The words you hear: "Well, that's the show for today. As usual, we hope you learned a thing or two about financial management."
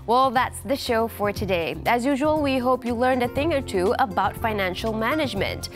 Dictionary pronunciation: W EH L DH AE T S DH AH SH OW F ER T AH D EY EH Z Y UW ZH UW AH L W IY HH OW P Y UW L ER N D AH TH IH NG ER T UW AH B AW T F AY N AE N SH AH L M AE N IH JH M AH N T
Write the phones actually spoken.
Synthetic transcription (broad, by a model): W EH L DH AE T S DH AH SH OW F ER T AH D EY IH Z Y UW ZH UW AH L W IY HH OW P Y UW L ER N D AH TH IH NG ER T UW AH B AW T F AY N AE N SH L M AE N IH JH M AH N T